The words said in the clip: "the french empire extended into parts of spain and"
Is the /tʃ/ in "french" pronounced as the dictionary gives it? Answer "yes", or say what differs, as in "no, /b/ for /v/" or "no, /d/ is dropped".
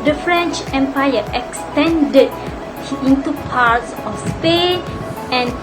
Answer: yes